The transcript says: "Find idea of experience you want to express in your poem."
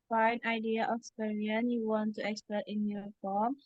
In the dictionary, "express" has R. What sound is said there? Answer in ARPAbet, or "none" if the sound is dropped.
none